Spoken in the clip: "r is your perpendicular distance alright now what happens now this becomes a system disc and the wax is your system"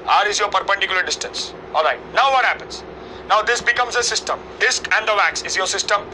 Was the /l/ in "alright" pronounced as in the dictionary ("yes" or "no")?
yes